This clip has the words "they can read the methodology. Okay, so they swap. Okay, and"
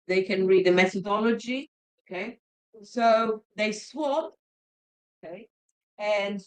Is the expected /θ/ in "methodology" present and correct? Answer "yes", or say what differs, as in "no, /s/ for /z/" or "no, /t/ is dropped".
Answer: yes